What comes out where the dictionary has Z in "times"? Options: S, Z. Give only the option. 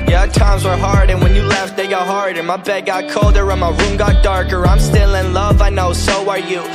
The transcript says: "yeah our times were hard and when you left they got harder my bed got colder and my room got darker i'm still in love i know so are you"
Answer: Z